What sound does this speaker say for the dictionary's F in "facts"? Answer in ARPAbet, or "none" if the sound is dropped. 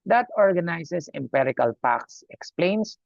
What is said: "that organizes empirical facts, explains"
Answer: P